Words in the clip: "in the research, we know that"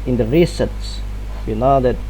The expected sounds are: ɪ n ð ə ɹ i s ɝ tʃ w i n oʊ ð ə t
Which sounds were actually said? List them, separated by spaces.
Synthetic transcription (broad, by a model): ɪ n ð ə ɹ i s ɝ s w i n oʊ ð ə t